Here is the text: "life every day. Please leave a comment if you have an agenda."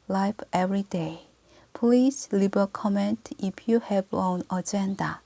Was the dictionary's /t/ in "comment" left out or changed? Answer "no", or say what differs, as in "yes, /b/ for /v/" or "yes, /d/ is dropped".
no